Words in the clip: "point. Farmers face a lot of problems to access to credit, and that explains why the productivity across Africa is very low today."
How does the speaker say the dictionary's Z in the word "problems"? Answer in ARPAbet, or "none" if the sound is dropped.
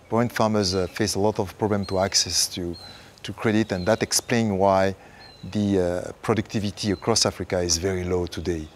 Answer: none